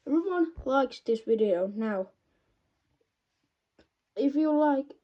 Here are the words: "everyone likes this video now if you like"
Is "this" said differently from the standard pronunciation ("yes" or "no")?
no